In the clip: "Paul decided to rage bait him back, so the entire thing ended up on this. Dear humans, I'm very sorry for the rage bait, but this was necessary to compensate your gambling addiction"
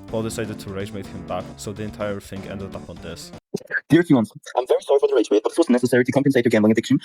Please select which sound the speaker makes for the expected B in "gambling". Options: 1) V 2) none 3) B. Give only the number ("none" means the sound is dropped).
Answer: 2